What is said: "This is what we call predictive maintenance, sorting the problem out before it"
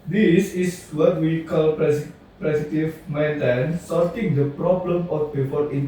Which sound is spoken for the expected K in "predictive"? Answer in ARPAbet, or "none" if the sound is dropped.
none